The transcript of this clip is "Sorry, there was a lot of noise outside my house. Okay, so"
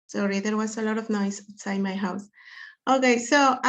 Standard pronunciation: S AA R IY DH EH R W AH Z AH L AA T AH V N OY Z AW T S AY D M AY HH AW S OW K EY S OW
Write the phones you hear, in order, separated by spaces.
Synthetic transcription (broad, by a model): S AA R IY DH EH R W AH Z AH L AA T AH V N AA IH S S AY M AY HH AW S OW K EY S OW